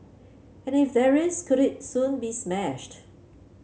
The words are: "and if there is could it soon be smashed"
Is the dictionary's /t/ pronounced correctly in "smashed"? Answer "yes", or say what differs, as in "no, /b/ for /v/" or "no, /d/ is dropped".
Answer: yes